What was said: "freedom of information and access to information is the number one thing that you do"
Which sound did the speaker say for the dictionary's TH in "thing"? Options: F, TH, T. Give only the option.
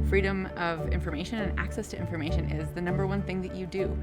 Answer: TH